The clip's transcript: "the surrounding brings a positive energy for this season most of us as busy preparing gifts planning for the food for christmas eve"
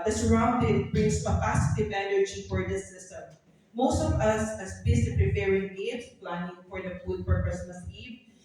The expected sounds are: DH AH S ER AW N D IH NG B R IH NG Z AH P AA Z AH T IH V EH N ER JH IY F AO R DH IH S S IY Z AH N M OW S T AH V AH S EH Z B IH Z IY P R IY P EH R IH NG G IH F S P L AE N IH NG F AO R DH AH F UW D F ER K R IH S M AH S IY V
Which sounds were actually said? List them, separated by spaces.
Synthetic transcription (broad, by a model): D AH S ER AW N D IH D B R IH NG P AH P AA S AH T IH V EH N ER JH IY F AO R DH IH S S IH S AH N M OW S T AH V AH S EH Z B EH S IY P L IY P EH R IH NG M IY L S P L AE N IH NG F AO R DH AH F UW D P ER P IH S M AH S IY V